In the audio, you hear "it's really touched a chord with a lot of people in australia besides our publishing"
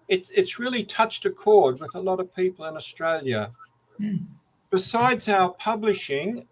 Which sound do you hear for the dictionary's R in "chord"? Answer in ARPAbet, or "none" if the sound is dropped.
R